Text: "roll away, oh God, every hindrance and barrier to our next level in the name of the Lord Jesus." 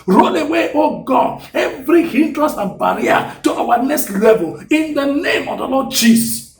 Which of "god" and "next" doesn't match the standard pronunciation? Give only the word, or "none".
god